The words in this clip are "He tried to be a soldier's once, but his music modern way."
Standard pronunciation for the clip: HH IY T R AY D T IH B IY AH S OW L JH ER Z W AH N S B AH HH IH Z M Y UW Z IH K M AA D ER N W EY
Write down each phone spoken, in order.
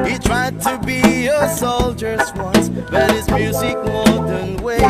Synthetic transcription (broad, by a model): HH IY T R AY D T IH B IY AH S OW L JH ER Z W AH N S B AH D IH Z M Y UW Z IH K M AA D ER N W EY